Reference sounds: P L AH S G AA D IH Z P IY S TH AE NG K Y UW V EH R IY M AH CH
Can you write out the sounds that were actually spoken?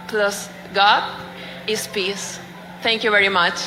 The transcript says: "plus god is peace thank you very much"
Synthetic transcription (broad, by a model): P L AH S G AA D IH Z P IY S T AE NG K Y UW V EH R IY M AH CH